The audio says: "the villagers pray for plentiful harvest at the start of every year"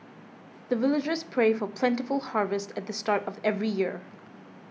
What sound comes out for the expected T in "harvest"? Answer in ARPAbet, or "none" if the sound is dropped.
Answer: T